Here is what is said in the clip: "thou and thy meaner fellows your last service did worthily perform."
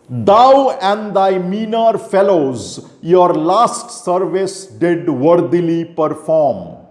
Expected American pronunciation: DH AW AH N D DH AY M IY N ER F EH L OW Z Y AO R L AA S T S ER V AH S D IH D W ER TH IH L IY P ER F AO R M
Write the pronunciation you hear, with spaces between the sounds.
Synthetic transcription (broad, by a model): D AW AH N D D AY M IY N ER F EH L OW Z Y AO R L AA S T S ER V AH S D IH D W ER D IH L IY P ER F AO R M